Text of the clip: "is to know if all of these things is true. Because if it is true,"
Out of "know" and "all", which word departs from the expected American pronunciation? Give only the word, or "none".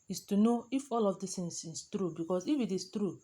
none